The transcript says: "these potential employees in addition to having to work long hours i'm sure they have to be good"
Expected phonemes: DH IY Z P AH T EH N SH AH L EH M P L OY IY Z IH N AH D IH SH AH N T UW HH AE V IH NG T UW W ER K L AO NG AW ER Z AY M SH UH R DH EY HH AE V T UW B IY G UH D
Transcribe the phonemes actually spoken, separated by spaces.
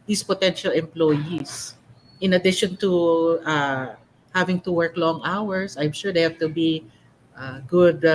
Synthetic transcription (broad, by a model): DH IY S P AH T EH N SH AH L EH M P L OY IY S IH N AH D IH SH AH N T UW HH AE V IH NG T UW W ER K L AO NG AW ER S AY M SH UH R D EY HH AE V T UW B IY G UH D